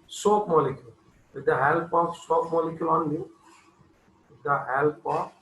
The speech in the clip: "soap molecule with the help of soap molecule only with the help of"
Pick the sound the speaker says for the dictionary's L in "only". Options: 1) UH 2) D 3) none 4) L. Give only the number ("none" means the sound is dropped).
3